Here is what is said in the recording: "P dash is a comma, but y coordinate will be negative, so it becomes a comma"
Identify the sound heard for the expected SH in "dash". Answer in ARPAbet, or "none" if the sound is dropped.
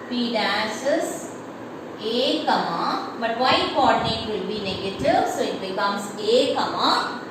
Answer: S